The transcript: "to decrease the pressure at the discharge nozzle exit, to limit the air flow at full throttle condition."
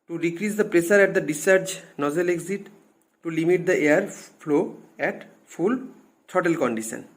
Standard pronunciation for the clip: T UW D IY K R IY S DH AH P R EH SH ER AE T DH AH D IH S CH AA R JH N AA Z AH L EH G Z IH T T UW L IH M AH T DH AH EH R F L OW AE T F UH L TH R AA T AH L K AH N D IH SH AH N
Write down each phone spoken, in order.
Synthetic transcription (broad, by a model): T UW D IY K R IY S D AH P R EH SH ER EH T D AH D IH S AA R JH N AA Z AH L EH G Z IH T T UW L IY M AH T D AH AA R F L OW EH T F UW L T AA T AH L K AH N D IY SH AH N